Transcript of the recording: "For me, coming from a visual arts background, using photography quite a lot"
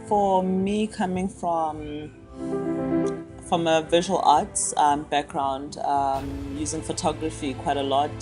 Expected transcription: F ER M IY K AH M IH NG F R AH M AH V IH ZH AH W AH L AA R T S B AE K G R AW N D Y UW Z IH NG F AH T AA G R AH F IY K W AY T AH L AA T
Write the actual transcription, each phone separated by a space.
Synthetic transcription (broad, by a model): F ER M IY K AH M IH NG F R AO M AH V IH ZH AH W AH L AA T S B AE K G R AW N D Y UW Z IH NG F AH T AA G R AH F IY K W AY T AH L AA T